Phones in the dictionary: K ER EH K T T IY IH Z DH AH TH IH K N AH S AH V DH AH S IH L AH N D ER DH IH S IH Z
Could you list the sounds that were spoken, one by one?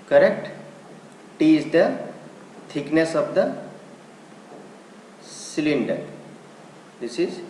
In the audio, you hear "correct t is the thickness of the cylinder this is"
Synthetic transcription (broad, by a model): K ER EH K T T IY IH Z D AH T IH K N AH S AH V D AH S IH L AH N D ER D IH S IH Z